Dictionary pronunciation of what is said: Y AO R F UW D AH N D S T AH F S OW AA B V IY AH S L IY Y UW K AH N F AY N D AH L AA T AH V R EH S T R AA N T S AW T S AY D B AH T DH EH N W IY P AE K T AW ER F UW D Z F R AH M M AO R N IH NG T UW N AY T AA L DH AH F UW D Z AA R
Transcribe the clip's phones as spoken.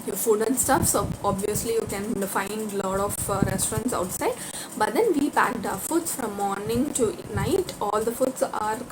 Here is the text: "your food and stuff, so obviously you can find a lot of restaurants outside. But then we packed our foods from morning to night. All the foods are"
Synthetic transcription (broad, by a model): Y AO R F UW D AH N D S T AH F S OW AA B V IY AH S L IY Y UW K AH N F AY N D L AA T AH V R EH S T R AA N T S AW T S AY D B AH T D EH N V IY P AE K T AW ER F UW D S F R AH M M AO R N IH NG T UW N AY T AA L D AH F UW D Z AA R